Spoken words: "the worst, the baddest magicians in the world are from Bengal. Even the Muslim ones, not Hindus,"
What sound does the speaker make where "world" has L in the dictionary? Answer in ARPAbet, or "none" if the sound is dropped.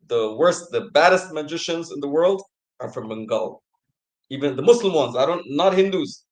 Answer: L